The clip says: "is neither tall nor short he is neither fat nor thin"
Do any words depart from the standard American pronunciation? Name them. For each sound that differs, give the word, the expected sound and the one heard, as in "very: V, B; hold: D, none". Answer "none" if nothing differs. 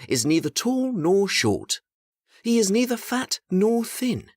none